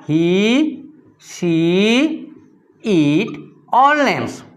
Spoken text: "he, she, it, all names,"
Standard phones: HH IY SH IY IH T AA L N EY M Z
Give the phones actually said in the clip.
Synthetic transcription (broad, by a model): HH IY S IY IH T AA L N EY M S